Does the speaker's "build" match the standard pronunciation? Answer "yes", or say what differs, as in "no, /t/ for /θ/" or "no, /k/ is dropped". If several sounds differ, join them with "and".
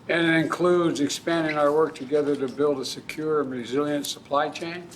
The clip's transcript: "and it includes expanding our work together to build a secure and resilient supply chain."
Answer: yes